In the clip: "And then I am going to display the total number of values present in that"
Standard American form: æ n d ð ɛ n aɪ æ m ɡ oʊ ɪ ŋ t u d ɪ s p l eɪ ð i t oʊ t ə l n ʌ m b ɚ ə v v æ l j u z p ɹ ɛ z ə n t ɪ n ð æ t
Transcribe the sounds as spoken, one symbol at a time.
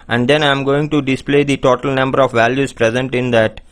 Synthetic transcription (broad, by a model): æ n d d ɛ n aɪ m ɡ oʊ ɪ ŋ t u d ɪ s p l eɪ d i t oʊ t ə l n ʌ m b ɚ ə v v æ l j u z p ɹ ɛ z ə n t ɪ n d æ t